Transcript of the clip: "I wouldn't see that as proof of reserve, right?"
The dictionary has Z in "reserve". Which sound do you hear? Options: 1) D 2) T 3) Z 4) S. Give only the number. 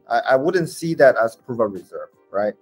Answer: 3